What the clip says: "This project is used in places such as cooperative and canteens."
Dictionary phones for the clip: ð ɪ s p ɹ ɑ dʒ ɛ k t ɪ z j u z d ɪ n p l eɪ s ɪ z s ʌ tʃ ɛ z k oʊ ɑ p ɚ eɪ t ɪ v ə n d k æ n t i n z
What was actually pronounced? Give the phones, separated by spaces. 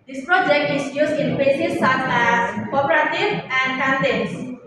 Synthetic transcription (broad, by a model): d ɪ s p ɹ ɑ dʒ ɛ k t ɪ s j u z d ɪ n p eɪ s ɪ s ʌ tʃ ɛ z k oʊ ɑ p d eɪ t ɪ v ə n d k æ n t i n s